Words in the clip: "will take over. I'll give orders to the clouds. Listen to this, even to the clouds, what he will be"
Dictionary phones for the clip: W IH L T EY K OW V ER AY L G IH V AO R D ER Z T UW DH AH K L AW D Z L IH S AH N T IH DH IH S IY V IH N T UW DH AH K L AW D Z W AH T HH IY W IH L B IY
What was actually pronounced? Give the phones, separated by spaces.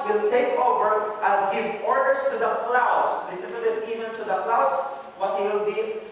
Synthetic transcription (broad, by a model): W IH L T EY K OW V ER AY N G IH V AO R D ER S T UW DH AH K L AW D S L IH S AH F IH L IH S IY V IH N T UW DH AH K L AW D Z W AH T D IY W IH L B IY